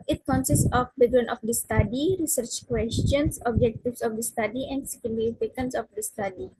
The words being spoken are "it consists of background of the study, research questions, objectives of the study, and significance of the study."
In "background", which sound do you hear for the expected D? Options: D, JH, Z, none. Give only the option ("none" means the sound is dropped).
none